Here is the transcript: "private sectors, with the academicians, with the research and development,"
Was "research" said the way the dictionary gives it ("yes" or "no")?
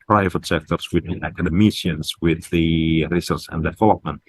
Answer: no